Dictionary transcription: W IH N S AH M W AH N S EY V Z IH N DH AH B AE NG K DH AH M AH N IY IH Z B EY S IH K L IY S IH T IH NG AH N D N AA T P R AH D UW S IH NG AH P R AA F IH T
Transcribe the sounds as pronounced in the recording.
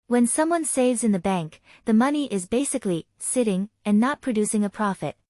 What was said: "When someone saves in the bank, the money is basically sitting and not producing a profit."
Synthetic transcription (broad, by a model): W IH N S AH M W AH N S EY V Z IH N DH AH B AE NG K DH AH M AH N IY IH Z B EY S IH K L IY S IH T IH NG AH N N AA T P R AH D UW S IH NG AH P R AA F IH T